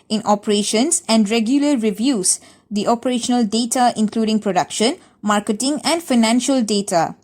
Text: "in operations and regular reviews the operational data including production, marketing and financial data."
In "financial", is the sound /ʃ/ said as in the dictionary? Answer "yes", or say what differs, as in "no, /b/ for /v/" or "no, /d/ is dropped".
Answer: yes